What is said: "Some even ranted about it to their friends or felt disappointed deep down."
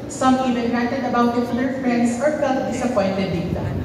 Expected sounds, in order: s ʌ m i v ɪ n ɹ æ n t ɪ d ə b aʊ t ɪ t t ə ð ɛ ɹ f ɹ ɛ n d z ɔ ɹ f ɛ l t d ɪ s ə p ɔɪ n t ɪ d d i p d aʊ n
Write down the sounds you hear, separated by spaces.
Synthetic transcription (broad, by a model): s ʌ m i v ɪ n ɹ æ t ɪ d ə b aʊ t ɪ t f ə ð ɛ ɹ f ɹ ɛ n d s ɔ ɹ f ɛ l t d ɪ s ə p ɔɪ n t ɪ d d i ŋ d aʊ